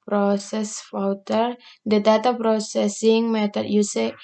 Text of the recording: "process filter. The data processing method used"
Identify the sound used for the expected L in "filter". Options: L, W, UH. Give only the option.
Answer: W